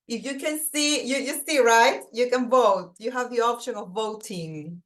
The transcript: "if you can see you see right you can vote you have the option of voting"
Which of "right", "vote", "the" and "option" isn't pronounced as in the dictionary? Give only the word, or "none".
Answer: none